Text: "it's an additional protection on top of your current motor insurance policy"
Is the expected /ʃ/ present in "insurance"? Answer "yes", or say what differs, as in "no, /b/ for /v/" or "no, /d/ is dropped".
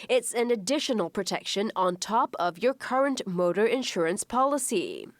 yes